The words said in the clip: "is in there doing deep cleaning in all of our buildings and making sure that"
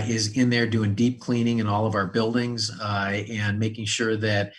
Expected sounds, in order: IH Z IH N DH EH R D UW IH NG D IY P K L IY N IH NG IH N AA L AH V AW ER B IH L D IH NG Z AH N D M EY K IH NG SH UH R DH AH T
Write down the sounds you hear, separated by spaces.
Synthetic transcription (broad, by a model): IH Z IH N DH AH R D UW IH NG D IY P K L IY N IH NG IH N AA L AH V AW ER B IH L D IH NG Z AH N M EY K IH NG SH UH R DH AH T